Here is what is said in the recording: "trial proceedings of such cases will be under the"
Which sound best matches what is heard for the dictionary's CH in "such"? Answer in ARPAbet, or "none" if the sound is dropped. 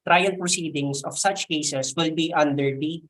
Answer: CH